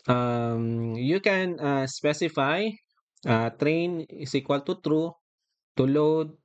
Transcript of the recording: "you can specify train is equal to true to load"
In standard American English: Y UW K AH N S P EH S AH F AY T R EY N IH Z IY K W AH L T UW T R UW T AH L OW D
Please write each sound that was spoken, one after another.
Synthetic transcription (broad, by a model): Y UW K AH N S P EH S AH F AY T R EY N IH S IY K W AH L T UW T R UW T AH L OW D